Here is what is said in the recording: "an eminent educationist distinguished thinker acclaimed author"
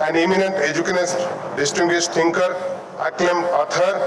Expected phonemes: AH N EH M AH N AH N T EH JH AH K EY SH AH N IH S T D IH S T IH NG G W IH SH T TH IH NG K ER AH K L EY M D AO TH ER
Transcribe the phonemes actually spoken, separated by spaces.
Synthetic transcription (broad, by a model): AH N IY M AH N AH N T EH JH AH K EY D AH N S D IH S T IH NG G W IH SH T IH NG K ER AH K L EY M AO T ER